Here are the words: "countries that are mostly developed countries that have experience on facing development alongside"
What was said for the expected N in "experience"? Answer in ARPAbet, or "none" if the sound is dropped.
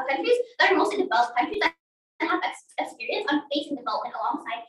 N